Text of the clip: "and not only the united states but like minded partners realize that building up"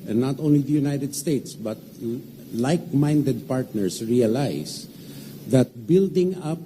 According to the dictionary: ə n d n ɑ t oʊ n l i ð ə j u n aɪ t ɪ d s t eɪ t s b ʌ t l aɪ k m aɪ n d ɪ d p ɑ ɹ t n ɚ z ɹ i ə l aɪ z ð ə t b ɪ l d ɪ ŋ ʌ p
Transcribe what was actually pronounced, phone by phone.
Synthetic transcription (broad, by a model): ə n n ɑ t oʊ n l i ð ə j u n aɪ t ɪ d s t eɪ t s b ʌ t l aɪ k m aɪ n d ɪ d p ɑ ɹ t n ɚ s ɹ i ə l aɪ s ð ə t b ɪ l d ɪ ŋ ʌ p